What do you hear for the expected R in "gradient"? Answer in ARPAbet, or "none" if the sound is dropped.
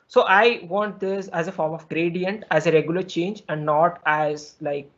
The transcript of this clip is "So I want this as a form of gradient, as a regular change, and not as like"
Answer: R